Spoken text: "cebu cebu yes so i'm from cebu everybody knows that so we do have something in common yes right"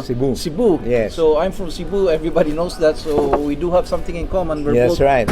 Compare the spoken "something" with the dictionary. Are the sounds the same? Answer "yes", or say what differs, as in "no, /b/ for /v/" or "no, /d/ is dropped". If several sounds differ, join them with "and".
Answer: no, /t/ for /θ/